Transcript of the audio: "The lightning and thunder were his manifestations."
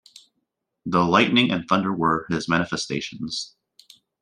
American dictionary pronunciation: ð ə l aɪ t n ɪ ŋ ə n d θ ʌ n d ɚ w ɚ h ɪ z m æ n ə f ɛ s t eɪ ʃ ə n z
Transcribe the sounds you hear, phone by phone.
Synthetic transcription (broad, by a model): ð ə l aɪ t n ɪ ŋ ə n θ ʌ n d ɚ w ɚ ɪ z m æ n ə f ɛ s t eɪ ʃ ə n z